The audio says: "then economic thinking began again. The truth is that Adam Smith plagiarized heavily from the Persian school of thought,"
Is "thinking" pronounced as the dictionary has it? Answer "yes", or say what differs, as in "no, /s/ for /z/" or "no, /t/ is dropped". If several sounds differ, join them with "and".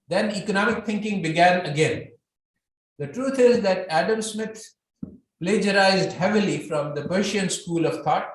no, /t/ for /θ/